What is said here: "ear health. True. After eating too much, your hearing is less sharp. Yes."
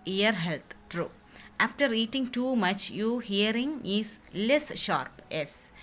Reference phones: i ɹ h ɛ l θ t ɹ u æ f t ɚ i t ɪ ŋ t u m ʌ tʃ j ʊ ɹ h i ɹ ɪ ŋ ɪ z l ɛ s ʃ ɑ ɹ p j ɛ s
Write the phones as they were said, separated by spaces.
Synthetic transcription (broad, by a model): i ɹ h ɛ l t t ɹ u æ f t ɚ i t ɪ ŋ t u m ʌ tʃ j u h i ɹ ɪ ŋ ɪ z l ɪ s ʃ ɑ ɹ p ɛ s